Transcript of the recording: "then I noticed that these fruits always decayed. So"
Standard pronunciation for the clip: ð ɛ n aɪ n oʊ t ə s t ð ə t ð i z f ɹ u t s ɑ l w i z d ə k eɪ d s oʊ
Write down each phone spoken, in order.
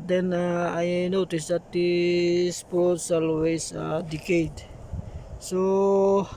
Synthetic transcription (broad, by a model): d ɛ n aɪ n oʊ t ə s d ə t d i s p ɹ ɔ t s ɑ l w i s d ə k eɪ d s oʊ